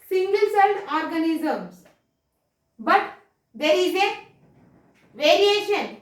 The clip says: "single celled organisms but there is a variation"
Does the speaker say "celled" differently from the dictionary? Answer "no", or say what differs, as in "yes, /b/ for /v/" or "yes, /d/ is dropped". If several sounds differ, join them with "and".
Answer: yes, /n/ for /l/